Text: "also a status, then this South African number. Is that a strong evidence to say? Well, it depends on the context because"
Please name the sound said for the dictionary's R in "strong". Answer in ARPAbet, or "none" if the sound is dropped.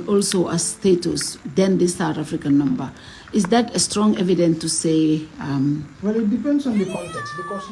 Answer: R